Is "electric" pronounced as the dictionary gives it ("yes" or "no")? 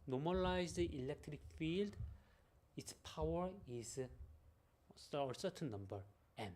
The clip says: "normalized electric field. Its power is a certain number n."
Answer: yes